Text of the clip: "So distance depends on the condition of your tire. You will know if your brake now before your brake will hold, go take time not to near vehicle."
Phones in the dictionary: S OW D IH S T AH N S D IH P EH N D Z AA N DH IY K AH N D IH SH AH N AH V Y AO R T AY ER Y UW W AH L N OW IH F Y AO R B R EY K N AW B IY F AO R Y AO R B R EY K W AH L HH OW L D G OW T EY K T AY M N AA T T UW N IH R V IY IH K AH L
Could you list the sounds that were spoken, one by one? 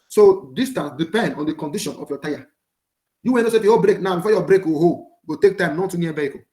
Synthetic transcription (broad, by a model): S OW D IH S T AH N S D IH P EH N D AA N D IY K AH N D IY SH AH N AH F Y AO T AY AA Y UW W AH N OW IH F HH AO B R EY K N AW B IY F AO Y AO B R EY K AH HH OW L G OW T EY K T AY M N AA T T UW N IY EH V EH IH K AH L